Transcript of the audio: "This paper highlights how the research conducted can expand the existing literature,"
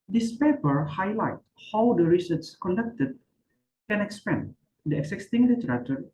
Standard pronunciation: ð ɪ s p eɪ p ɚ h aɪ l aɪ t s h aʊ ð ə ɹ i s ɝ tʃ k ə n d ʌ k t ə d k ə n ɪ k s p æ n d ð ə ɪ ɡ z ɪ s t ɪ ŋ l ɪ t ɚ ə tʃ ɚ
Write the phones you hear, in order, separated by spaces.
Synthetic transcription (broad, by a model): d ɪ s p eɪ p ɚ h aɪ l aɪ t h aʊ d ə ɹ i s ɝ s k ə n d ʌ k t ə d k ə n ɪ k s p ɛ n d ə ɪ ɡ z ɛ s t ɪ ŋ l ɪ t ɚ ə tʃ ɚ